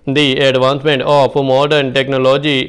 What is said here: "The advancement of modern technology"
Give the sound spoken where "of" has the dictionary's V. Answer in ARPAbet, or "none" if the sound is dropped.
P